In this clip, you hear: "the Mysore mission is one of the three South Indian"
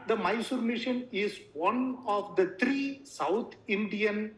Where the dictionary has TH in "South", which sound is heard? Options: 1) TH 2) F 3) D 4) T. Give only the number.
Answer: 4